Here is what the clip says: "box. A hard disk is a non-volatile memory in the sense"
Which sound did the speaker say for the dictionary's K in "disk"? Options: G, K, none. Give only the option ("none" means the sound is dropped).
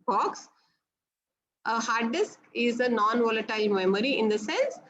K